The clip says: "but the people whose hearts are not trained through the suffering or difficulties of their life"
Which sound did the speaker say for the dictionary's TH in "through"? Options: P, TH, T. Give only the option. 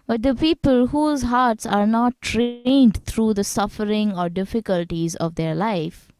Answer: T